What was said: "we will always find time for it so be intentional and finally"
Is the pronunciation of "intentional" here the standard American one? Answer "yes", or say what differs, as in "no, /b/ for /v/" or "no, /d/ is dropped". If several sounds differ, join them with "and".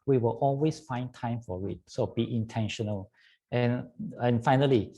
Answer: yes